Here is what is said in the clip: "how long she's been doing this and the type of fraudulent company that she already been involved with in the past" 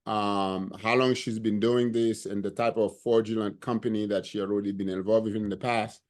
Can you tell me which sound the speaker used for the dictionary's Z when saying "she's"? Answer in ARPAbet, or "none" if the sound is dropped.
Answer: Z